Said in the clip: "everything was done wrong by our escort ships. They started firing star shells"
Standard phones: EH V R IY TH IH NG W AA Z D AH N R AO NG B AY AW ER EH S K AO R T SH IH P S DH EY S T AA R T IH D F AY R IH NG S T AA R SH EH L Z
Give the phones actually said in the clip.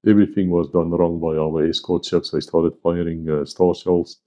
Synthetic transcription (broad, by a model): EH V R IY TH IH NG W AA Z D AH N R AO NG B AY AW ER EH S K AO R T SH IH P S DH EY S T AA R T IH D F AY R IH NG S T AA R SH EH L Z